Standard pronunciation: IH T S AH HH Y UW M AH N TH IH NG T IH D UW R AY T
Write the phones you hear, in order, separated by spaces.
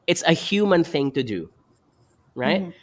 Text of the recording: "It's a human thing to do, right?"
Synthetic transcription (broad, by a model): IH T S AH HH Y UW M AH N TH IH NG T IH D UW R AY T